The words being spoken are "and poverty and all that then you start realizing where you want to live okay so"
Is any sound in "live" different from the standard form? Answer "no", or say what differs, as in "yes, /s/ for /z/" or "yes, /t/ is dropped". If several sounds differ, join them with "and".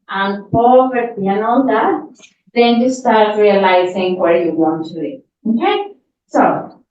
yes, /v/ is dropped